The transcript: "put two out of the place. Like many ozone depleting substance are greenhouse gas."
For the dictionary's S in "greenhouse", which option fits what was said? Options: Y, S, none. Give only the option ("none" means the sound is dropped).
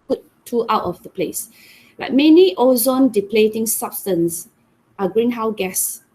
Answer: none